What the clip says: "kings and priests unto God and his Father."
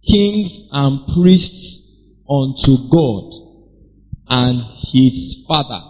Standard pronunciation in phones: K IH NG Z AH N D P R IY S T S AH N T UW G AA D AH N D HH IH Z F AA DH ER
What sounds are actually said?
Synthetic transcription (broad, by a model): K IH NG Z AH N P R IY S T S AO N T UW G AA D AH N HH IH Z F AA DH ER